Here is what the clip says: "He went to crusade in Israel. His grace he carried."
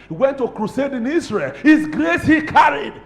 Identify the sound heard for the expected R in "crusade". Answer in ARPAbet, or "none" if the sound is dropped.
R